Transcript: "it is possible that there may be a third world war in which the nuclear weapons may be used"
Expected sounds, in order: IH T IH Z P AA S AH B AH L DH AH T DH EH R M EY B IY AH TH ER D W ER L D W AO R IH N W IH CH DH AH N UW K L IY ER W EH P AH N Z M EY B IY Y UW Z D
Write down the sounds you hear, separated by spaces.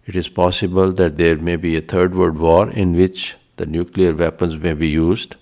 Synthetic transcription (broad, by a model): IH T IH Z P AA S AH B AH L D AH T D EH R M EY B IY AH T ER D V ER D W AO R IH N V IH CH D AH N UW K L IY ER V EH P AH N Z M EY B IY Y UW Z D